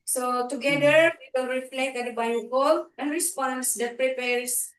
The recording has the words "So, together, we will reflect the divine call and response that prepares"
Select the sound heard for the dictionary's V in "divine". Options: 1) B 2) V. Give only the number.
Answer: 1